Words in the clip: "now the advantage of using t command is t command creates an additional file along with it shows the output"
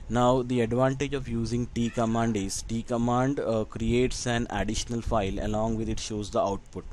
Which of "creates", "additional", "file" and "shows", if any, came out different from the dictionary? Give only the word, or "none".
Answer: none